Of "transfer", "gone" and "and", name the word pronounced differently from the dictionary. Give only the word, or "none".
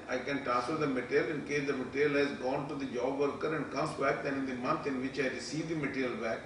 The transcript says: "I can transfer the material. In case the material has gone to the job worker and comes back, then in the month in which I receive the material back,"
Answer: transfer